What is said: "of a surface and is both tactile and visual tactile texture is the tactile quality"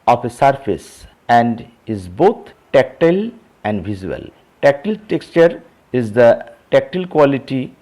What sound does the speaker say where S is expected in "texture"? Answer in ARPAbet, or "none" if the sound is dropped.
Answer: S